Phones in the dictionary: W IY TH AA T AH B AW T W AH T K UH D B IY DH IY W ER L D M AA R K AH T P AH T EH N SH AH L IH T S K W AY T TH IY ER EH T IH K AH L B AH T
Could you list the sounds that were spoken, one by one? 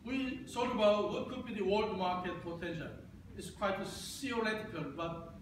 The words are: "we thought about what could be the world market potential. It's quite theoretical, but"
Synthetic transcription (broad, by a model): W IY S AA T AH B AW T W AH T K UH D B IY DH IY W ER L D M AA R K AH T F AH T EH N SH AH IH T S K W AY T S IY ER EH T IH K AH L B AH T